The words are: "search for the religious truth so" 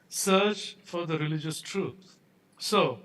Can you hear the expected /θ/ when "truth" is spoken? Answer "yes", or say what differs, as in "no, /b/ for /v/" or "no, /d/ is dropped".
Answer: no, /t/ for /θ/